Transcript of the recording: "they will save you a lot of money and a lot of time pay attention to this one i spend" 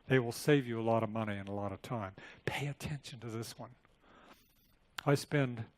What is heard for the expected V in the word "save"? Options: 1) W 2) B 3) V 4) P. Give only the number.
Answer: 3